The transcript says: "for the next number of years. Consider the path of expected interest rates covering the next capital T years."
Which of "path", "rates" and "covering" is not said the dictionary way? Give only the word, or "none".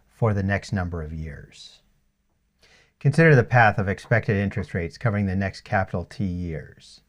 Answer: none